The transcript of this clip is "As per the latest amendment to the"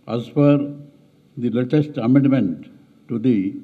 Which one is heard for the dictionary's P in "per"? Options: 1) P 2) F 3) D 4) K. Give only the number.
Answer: 2